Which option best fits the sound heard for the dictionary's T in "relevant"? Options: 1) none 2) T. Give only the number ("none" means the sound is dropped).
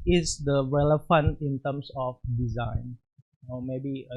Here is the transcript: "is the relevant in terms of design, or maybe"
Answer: 1